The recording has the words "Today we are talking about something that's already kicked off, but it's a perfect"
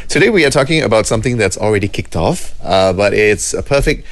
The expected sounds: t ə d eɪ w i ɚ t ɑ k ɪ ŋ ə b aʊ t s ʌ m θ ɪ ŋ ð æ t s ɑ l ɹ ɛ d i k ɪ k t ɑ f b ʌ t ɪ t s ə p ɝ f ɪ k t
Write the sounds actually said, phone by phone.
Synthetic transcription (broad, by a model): t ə d eɪ w i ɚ t ɑ k ɪ ŋ ə b aʊ t s ʌ m θ ɪ ŋ ð æ t s ɑ l ɹ ɛ d i k ɪ k t ɑ f b ʌ t ɪ t s ə p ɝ f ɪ k t